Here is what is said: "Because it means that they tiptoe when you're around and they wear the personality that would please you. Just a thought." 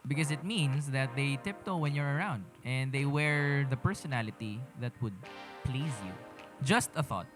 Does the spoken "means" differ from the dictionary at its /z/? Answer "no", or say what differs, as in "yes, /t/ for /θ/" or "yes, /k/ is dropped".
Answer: yes, /s/ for /z/